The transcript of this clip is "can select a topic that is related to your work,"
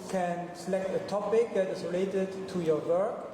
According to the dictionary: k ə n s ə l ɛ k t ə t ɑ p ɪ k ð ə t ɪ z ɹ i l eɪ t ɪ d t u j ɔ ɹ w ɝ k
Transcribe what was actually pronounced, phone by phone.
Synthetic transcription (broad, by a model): k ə n s ə l ɛ k t ə t ɑ p ɪ k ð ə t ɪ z ɹ i l eɪ t ɪ d t u j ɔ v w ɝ k